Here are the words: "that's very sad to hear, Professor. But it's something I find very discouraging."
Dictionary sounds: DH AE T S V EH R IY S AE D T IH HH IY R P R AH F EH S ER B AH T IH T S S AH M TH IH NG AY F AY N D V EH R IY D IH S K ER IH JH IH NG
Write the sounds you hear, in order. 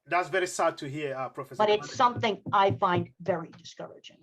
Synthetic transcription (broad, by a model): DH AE T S V EH R IY S AE D T IH HH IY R P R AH F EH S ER B AH T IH T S S AH M TH IH NG AY F AY N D V EH R IY D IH S K ER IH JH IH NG